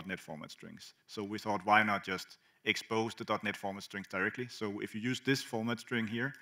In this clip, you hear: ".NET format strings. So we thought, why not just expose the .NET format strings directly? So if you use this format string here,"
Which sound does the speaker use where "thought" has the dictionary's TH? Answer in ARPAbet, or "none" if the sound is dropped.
TH